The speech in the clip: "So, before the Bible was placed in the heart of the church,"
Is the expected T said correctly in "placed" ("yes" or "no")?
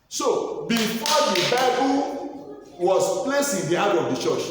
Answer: no